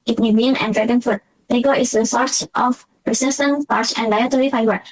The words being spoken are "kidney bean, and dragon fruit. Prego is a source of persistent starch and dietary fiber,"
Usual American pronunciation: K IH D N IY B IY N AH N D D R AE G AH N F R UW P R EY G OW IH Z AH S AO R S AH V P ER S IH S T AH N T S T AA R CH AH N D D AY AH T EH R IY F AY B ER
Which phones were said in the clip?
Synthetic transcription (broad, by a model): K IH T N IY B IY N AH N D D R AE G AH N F UW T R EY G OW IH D AH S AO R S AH F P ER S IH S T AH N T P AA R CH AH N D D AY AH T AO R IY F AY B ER